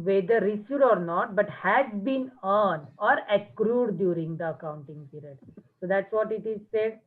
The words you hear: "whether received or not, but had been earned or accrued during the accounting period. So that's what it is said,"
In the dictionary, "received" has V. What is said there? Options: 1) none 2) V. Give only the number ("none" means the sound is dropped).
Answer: 1